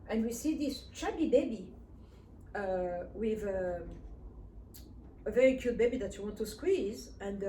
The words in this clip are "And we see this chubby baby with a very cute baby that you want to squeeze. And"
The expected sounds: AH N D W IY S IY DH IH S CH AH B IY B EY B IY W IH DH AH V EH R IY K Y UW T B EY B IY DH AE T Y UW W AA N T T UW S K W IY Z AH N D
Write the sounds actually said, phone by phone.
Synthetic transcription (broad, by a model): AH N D W IY S IY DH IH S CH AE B IY B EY B IY W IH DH AH V EH R IY K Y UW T B EY B IY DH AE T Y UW W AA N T T UW S K W IY Z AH N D